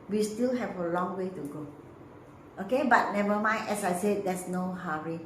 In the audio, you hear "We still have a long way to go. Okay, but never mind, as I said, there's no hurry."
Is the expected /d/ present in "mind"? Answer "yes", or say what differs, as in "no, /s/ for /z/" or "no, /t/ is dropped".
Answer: no, /d/ is dropped